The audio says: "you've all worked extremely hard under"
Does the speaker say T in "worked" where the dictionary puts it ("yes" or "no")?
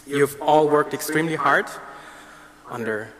yes